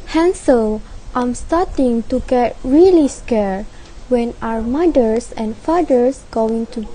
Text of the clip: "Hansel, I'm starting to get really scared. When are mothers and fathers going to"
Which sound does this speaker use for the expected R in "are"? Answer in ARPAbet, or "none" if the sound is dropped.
W